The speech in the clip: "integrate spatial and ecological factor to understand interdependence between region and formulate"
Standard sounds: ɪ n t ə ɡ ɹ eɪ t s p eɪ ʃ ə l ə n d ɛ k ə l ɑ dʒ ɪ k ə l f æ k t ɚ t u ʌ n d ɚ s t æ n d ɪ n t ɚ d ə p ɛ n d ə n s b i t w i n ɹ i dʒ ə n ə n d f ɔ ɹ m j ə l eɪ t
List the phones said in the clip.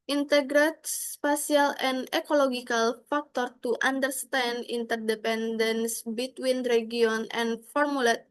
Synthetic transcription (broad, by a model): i n t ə ɡ ɹ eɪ t s p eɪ s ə l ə n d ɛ k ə l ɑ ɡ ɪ k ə l f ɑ k t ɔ t u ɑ n d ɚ s t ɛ n d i n t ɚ d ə p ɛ n d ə n s b i t w i n ɹ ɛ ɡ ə n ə n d f ɔ ɹ m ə l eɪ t